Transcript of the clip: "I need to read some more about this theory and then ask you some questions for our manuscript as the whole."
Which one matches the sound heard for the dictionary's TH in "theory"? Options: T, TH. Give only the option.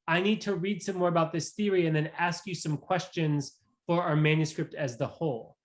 TH